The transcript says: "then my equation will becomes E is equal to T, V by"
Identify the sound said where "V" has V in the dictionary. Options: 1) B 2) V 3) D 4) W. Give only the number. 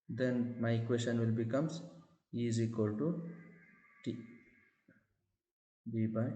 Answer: 1